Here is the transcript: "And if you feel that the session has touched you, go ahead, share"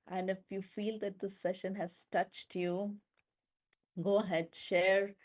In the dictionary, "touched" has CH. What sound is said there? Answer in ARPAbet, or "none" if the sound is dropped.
CH